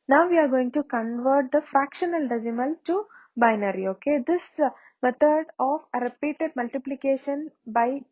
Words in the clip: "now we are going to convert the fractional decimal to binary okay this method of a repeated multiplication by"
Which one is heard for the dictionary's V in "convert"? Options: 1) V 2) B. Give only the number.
1